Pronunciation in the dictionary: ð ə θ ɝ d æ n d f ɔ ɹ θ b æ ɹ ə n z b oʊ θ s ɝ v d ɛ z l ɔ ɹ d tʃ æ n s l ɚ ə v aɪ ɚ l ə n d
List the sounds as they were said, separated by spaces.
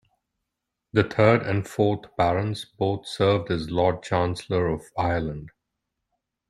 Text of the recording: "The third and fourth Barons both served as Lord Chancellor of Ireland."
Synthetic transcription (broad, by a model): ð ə t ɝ d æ n d f ɔ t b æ ɹ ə n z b oʊ t s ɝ v d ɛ z l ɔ d tʃ æ n s l ɚ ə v aɪ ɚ l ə n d